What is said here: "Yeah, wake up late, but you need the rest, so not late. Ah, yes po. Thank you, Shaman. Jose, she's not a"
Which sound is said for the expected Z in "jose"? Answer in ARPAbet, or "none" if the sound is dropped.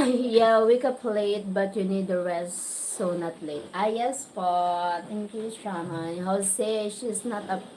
S